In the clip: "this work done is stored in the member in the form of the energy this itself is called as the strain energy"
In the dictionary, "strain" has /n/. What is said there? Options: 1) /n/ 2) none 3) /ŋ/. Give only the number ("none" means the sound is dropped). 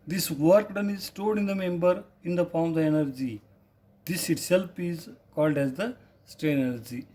2